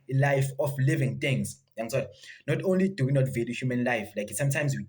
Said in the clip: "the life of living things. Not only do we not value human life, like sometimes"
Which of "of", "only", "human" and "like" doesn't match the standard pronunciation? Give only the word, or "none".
of